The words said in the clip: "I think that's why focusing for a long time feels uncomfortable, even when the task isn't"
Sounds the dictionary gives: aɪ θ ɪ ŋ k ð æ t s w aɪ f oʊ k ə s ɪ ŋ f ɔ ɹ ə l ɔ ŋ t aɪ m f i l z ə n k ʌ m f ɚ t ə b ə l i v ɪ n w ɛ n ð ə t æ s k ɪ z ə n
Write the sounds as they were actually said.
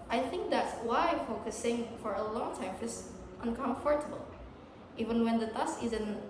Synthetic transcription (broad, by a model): aɪ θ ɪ ŋ k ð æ t s w aɪ f oʊ k ə s ɪ ŋ f ɔ ɹ ə l ɔ ŋ t aɪ m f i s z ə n k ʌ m f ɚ t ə b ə l i v ɪ n w ɛ n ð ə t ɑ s ɪ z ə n